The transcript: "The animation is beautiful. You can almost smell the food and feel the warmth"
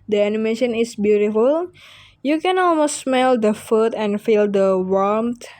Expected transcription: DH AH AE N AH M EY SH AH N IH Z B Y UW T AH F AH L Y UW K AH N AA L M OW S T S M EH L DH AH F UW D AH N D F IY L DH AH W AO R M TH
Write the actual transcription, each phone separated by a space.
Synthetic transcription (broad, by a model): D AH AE N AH M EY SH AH N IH S B Y UW T AH F AH L Y UW K AH N AA L M OW S T S M EH L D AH F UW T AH N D F IY L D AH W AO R M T